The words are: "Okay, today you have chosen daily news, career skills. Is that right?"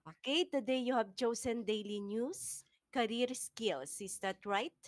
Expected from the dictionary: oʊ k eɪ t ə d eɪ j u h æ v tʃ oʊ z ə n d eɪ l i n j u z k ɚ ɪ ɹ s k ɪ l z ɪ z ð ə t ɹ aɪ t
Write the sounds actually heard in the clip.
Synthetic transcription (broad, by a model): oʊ k eɪ t ə d eɪ j u h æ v tʃ oʊ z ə n d eɪ l i n j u s k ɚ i ɹ s k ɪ l s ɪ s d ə t ɹ aɪ t